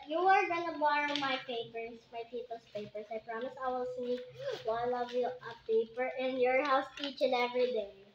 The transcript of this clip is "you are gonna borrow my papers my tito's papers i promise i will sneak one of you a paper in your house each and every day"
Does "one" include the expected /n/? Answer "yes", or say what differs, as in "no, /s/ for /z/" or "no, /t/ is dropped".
no, /l/ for /n/